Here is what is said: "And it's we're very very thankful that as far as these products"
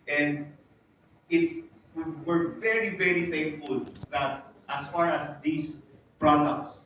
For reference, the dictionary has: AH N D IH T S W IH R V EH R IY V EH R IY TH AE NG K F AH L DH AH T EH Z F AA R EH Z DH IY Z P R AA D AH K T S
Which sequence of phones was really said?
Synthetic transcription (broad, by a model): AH N D IH T S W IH R V EH R IY V EH R IY F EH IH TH F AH L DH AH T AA S F AA R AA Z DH IY S P R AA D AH K T S